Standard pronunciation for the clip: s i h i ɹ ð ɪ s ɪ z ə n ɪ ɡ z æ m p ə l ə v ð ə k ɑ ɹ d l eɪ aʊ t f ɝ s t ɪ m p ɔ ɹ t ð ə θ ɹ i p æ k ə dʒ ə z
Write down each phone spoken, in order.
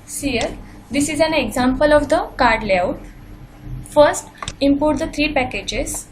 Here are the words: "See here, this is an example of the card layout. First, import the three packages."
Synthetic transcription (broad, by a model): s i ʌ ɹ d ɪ s ɪ z ə n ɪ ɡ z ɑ m p ə l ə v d ə k ɑ ɹ d l eɪ aʊ t f ɝ s t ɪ m p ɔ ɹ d ə t ɹ i p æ k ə dʒ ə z